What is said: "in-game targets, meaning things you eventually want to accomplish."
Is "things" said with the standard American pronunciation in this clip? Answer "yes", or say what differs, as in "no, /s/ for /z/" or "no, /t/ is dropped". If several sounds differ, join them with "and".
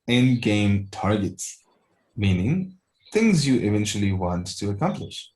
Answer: yes